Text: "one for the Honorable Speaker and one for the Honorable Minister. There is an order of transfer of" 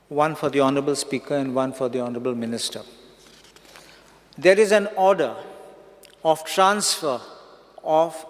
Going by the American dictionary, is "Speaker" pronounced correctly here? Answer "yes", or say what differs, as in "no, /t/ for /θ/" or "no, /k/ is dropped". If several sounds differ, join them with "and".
yes